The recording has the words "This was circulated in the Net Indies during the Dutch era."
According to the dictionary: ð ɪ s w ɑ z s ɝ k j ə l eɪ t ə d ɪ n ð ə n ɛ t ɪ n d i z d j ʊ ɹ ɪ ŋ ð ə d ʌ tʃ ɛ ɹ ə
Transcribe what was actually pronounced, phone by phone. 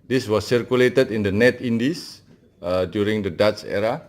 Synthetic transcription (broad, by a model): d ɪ s w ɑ s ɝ k j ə l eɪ t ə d ɪ n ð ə n ɛ t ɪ n d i s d j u ɹ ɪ ŋ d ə d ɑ s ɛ ɹ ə